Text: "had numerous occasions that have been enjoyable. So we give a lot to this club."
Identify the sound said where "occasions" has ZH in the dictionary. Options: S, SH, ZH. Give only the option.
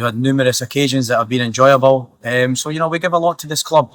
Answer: ZH